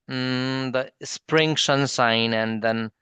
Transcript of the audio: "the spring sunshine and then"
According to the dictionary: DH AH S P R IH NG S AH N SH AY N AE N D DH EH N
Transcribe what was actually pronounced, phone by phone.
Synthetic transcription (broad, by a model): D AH S P R IH NG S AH N S AY N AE N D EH N